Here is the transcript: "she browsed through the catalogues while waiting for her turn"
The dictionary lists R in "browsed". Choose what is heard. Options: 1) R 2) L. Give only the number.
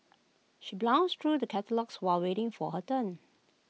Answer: 2